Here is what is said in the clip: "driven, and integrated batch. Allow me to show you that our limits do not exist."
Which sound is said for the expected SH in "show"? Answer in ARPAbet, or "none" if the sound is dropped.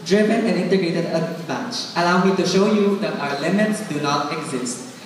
SH